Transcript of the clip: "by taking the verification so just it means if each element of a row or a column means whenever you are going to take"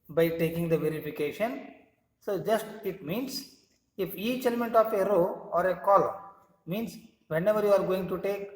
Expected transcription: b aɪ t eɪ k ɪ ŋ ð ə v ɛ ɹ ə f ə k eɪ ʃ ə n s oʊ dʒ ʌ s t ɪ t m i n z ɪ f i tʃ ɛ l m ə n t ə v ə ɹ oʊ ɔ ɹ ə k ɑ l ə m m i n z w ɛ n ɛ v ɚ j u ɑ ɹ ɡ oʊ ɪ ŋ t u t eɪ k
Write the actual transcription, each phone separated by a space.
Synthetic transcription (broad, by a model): b aɪ t eɪ k ɪ ŋ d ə v ɛ ɹ ə f ə k eɪ ʃ ə n s oʊ dʒ ʌ s t ɪ t m i n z ɪ f i tʃ ɛ l m ə n t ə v ə ɹ oʊ ɔ ɹ ə k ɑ l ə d m i n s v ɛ n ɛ v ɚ j u ɑ ɹ ɡ oʊ ɪ ŋ t u t eɪ k